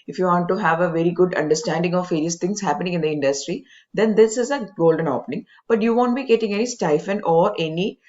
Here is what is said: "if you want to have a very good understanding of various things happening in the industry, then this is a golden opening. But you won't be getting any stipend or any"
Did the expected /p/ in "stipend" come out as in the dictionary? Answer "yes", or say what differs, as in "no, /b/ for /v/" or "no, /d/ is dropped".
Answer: no, /f/ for /p/